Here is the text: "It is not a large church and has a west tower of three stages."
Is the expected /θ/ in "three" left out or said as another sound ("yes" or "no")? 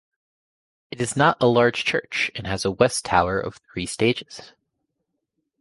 no